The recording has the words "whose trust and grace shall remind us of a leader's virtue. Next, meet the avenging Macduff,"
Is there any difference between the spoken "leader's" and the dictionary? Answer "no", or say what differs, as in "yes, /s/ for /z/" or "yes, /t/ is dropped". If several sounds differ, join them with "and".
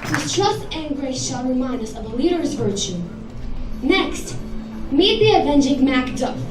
no